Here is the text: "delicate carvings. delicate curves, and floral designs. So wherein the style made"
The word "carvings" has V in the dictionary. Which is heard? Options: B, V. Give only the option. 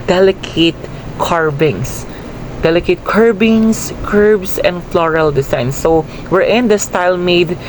B